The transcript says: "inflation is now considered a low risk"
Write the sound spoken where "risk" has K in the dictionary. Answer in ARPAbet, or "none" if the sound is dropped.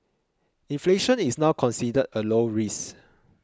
none